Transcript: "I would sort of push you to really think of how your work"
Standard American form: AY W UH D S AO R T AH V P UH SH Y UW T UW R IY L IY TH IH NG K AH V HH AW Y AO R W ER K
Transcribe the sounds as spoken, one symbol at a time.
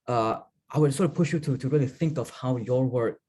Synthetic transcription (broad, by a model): AY W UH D S AO R T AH P UH SH Y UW T UW R IY L IY TH IH NG K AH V HH AW Y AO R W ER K